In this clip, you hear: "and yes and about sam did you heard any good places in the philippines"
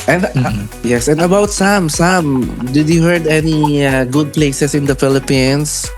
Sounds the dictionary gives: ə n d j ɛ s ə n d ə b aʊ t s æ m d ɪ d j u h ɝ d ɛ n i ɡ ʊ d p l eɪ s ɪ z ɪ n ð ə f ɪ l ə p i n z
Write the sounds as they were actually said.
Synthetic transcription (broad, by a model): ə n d j ɛ s ə n d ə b aʊ t s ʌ m d ɪ d j u h ɝ d ɛ n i ɡ ʊ d p l eɪ s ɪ s ɪ n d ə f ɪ l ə p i n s